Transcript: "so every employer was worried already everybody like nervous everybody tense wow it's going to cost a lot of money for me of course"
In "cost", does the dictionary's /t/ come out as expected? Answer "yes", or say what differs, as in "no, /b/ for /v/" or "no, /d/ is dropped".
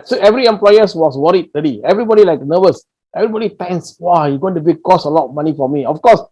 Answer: no, /t/ is dropped